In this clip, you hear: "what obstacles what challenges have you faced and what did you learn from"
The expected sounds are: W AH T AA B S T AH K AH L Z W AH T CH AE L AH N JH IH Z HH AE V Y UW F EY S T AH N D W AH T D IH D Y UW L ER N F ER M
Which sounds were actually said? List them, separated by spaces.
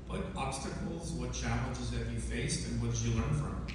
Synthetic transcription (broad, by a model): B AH T AA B S T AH K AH L Z W AH T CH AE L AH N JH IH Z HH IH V Y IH F EY S T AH N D W AH T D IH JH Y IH L ER N F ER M